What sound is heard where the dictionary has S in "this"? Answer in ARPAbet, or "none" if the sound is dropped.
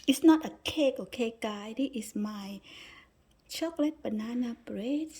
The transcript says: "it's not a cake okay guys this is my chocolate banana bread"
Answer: none